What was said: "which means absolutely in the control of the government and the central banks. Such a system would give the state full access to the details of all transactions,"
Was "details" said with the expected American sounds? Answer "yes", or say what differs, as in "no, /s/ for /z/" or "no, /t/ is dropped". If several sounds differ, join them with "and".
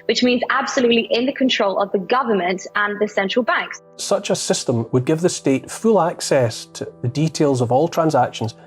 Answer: yes